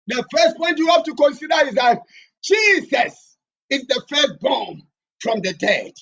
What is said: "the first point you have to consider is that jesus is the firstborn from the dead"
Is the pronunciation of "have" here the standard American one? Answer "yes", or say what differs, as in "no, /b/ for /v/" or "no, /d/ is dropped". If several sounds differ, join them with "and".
no, /f/ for /v/